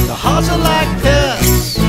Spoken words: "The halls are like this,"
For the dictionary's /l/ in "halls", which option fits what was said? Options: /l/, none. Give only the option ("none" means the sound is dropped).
none